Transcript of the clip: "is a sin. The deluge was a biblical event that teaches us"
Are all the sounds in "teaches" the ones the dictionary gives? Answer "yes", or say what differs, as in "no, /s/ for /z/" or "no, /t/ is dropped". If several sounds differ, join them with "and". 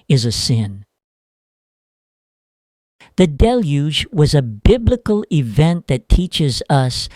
yes